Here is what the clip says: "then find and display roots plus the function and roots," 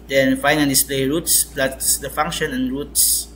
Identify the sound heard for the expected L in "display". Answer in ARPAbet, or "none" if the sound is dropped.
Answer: L